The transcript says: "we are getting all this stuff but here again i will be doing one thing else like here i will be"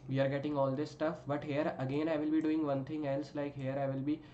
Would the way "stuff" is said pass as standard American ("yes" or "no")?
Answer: yes